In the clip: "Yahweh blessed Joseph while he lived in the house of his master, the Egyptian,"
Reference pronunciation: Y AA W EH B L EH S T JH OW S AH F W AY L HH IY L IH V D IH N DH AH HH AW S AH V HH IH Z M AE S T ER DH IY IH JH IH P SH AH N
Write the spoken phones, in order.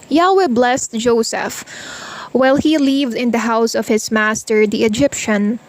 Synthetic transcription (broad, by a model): Y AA W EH B L EH S T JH OW S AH F W AY L HH IY L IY V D IH N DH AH HH AW S AH V HH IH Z M AE S T ER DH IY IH JH IH P SH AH N